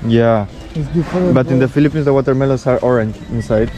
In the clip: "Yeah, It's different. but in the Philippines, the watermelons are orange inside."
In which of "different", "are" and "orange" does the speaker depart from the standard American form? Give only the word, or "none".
different